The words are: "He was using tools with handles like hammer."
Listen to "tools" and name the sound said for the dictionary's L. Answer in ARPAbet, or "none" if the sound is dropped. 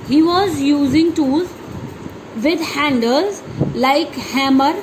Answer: none